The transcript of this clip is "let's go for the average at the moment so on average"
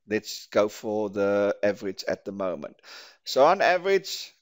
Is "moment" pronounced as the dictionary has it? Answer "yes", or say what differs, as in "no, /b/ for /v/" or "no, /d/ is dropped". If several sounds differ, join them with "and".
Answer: yes